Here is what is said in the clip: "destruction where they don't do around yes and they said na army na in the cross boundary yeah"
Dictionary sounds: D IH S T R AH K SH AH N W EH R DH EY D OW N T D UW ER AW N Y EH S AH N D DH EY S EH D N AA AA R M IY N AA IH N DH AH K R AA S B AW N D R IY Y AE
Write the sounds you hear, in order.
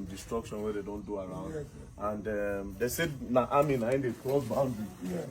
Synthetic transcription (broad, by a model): D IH S T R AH K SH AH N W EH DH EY D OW N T D UW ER AW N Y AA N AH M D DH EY S EH D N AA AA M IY N AA IH N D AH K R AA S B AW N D IY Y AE